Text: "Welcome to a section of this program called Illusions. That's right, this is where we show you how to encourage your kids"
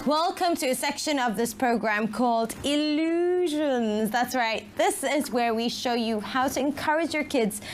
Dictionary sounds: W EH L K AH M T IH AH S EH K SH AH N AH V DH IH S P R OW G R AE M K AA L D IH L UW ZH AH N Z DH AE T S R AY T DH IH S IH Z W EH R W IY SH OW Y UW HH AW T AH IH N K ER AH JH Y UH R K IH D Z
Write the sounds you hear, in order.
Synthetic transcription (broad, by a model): W EH L K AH M T IH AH S EH K SH AH N AH V DH IH S P R OW G R AE M K AA L D IH L UW ZH AH N Z DH AE T S R AY T DH IH S IH Z W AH R W IY SH OW Y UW HH AW T AH IH N K ER AH JH Y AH R K IH D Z